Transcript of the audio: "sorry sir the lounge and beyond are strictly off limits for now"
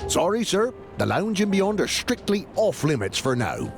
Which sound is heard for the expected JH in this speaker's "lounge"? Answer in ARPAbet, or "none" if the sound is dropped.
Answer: JH